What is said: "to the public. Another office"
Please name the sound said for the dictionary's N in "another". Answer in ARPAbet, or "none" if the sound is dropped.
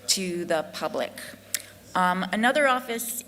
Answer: N